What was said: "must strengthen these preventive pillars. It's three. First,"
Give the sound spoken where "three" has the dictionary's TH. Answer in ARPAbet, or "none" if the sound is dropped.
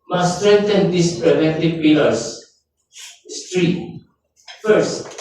T